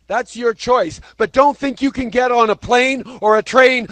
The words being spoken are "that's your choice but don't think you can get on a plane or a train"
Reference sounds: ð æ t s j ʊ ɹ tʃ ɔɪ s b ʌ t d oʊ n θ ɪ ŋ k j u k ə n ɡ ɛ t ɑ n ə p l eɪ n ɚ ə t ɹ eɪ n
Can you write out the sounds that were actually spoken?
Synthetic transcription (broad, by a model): ð æ t s j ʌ ɹ tʃ ɔɪ s b ʌ t d oʊ n θ ɪ ŋ k j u k ə n ɡ ɛ t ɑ n ə p l eɪ n ɚ ə t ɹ eɪ n